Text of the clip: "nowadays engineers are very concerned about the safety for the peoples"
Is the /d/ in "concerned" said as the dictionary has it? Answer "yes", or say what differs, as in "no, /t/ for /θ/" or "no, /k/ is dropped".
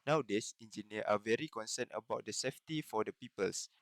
no, /d/ is dropped